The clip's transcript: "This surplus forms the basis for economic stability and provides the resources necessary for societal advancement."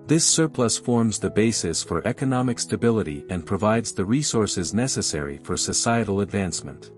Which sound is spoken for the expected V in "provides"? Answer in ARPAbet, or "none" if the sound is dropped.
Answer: V